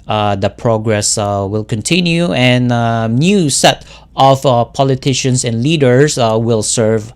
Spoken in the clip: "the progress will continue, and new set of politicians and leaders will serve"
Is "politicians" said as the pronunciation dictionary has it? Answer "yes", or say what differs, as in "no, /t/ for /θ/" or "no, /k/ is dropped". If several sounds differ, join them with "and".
no, /s/ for /z/